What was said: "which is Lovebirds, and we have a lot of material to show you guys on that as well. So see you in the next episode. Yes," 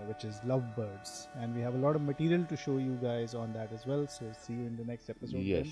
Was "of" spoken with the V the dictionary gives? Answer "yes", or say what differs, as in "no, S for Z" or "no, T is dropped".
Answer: yes